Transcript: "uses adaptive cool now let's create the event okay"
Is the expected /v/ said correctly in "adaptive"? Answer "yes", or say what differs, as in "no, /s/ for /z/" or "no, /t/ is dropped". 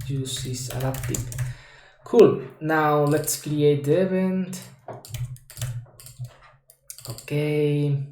no, /p/ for /v/